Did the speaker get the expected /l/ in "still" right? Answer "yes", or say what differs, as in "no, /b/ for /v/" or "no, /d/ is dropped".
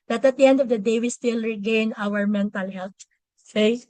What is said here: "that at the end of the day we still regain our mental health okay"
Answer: yes